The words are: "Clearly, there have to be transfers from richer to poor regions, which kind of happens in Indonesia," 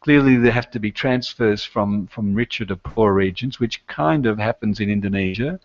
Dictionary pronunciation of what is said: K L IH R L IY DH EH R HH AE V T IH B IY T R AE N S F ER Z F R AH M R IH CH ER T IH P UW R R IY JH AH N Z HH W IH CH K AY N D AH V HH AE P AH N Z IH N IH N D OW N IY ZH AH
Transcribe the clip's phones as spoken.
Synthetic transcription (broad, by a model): K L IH R L IY DH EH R HH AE F T IH B IY T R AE N S F ER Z F R AH M R IH CH ER T IH P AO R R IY JH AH N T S W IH CH K AY N D AH V HH AE P AH N Z IH N IH N D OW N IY ZH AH